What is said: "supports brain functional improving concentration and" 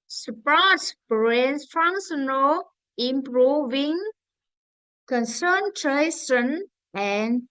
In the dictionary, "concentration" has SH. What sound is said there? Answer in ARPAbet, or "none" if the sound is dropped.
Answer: S